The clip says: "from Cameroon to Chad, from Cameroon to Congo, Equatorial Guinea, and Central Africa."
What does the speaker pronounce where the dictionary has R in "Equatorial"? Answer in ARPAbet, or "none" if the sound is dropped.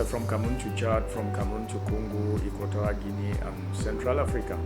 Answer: none